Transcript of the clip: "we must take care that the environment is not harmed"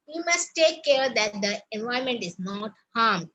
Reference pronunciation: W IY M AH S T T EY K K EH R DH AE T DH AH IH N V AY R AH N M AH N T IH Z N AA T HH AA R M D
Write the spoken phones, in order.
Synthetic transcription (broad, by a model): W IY M AH S T T EY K K EH R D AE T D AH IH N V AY AH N M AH N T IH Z N AA T HH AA R M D